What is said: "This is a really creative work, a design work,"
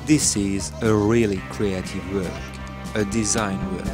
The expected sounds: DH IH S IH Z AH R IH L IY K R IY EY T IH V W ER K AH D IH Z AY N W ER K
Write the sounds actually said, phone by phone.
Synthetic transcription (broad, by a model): DH IH S IH Z AH R IH L IY K R IY EY T IH V W ER K AH D IH Z AY N W ER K